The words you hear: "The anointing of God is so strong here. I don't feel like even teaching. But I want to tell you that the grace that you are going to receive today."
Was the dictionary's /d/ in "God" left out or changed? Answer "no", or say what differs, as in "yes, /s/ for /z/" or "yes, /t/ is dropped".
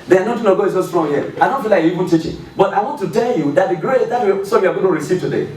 yes, /d/ is dropped